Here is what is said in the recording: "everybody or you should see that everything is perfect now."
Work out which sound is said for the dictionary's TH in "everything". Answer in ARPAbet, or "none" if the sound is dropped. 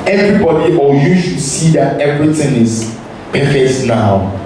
T